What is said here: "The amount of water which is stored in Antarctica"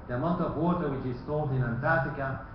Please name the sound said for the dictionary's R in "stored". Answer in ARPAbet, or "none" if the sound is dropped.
L